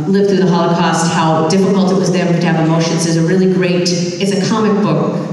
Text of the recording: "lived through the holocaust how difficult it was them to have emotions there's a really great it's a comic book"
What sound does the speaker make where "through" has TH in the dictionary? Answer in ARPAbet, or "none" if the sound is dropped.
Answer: TH